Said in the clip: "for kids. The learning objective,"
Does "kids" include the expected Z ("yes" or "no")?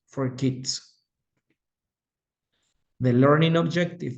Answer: no